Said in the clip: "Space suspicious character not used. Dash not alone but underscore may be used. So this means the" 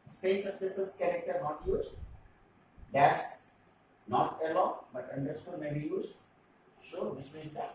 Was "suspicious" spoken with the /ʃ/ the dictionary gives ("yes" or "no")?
no